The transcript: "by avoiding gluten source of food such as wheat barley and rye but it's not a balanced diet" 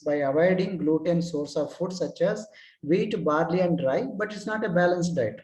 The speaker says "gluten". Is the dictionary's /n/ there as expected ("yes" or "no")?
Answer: yes